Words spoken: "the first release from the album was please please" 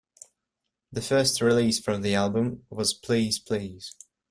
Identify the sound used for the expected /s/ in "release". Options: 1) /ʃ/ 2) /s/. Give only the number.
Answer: 2